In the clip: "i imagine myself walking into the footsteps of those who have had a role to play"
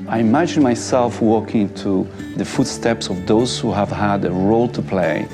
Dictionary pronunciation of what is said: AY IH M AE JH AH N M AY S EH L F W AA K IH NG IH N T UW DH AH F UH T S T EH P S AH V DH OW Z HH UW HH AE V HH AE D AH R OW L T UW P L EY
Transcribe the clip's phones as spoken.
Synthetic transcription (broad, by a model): AY IH M AE JH AH N M AY S EH L F W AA K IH IH N T UW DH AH F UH T S T EH P S AH V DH OW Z HH UW HH AE V HH AE D AH R OW L T UW P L EY